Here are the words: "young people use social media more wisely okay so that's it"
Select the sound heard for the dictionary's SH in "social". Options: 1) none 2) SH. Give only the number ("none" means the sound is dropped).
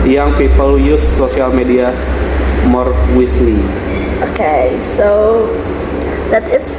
1